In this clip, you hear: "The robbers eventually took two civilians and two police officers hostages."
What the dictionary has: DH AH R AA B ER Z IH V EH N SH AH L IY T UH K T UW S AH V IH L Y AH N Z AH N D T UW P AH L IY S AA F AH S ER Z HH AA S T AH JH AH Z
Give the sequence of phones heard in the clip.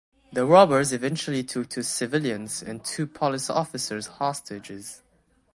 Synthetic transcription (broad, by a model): DH AH R AA B ER Z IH V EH N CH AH L IY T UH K T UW S AH V IH L Y AH N Z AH N T UW P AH L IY S AA F AH S ER Z HH AA S T AH JH AH Z